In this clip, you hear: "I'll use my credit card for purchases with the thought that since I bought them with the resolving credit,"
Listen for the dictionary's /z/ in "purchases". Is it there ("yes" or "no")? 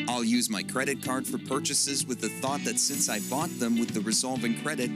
yes